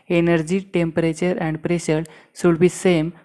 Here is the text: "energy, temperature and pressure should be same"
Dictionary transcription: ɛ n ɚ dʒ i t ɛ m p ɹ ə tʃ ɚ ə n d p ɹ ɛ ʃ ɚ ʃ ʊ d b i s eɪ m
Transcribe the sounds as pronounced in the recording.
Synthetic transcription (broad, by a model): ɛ n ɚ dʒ i t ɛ m p ɹ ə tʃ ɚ ə n d p ɹ ɛ ʃ ɚ s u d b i s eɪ m